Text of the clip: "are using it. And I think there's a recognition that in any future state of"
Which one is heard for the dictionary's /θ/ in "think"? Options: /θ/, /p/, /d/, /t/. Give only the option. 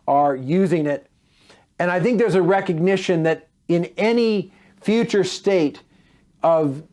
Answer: /θ/